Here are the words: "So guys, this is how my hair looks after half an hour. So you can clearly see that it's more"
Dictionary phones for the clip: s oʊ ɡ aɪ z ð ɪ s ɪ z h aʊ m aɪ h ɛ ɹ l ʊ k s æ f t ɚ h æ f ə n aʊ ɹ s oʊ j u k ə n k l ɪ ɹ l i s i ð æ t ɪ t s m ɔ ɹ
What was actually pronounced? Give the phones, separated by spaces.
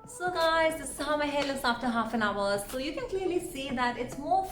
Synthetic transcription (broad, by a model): s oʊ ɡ aɪ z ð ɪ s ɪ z h aʊ m aɪ h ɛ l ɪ s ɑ f t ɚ h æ f ə n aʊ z s oʊ j u k ə n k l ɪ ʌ l i s i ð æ t ɪ t s m ɔ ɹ